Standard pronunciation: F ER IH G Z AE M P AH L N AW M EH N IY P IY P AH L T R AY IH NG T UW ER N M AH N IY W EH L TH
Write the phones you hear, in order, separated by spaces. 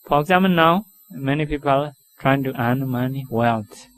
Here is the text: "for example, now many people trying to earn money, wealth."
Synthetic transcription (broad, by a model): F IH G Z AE M AH N AW M EH N IY P IY P AH L T R AY IH NG T UW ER N M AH N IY W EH L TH